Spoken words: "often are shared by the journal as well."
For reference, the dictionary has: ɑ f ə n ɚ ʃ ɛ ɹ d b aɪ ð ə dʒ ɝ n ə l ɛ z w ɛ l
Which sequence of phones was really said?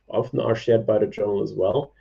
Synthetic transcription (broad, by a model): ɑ f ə n ɚ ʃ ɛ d b aɪ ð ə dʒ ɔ ə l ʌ z w ɛ l